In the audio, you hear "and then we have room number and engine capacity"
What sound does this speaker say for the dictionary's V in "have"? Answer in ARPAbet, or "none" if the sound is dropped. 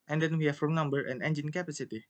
F